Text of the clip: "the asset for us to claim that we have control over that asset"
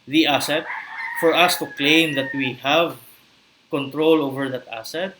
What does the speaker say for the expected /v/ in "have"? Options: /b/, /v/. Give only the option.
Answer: /v/